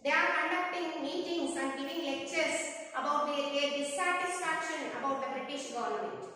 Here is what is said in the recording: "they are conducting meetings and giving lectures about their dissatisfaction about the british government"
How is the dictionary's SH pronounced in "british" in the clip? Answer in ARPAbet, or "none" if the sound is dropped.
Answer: SH